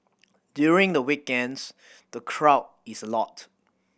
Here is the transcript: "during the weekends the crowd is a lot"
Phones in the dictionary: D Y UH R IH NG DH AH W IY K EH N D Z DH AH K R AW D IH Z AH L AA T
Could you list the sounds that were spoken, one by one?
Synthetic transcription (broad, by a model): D Y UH R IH NG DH AH W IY K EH N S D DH AH K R AW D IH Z AH L AA T